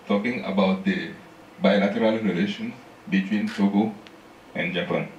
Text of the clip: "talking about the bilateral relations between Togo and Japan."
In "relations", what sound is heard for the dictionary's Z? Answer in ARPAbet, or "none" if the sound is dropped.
none